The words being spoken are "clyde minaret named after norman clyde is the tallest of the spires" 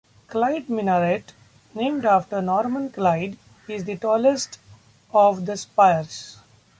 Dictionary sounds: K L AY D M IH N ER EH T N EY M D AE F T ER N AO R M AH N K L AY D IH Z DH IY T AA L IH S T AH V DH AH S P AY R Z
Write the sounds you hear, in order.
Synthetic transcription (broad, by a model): K L AY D M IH N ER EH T N EY M D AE F T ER N AO R M AH N K L AY D IH Z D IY T AA L IH S T AH V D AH S P AY R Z